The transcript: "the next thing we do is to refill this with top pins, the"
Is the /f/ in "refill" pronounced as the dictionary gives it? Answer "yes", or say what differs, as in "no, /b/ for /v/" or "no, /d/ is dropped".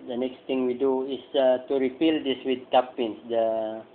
no, /p/ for /f/